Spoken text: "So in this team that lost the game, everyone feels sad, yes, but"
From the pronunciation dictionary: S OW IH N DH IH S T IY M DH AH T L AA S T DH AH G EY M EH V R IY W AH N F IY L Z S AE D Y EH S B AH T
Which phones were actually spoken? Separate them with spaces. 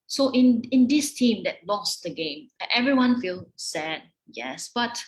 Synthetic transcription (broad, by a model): S OW IH N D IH S T IY M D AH T L AA S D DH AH G EY M EH V R IY W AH N F IY L S AE D Y EH S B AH T